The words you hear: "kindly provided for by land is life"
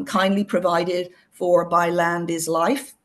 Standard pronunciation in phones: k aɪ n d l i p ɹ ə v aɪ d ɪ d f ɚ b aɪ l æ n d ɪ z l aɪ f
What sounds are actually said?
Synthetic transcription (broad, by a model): k aɪ n d l i p ɹ ə v aɪ d ɪ d f ɚ b aɪ l æ n d ɪ z l aɪ f